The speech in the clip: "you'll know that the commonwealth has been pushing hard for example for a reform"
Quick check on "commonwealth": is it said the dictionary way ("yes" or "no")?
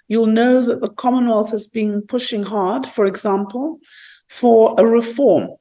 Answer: yes